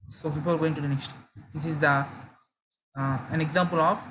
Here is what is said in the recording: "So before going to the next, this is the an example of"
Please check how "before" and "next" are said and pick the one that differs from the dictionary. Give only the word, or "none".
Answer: before